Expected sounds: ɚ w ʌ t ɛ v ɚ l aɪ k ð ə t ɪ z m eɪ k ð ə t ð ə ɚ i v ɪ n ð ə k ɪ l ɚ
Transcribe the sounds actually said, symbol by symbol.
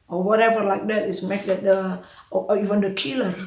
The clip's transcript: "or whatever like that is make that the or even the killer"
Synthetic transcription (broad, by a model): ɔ w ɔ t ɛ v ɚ l aɪ k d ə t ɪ s m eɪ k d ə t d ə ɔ i v ɪ n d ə k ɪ l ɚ